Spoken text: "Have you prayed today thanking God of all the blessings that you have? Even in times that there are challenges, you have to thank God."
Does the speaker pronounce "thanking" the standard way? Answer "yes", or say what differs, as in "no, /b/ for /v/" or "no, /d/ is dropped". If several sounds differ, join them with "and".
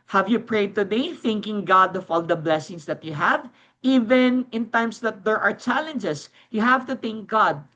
yes